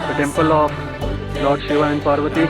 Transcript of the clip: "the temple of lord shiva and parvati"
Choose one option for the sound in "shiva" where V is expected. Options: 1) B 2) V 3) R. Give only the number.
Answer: 2